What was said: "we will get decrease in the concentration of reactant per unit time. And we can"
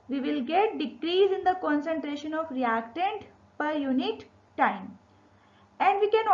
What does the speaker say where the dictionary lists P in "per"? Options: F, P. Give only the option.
P